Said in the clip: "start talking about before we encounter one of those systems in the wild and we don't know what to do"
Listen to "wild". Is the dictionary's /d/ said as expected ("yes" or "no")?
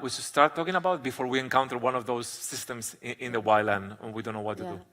no